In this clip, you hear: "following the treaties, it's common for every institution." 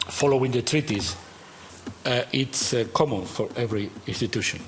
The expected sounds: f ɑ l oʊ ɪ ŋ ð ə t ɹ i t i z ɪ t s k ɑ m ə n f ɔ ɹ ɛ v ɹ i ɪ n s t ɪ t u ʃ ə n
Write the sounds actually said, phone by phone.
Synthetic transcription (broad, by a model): f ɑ l oʊ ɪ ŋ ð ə t ɹ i t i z ɪ t s k ɑ m ə n f ɔ ɹ ɛ v ɹ i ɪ n s t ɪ t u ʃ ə n